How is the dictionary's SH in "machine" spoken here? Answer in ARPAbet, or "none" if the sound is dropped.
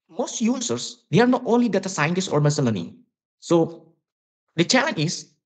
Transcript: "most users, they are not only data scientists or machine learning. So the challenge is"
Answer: S